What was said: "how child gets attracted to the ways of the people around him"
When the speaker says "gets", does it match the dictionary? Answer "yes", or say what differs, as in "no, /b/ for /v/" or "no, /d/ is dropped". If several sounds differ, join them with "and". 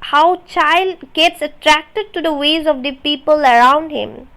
yes